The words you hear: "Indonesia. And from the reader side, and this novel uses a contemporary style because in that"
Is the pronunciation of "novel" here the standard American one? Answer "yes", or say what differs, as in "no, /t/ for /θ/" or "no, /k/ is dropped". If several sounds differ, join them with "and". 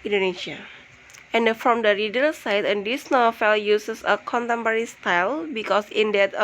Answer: no, /f/ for /v/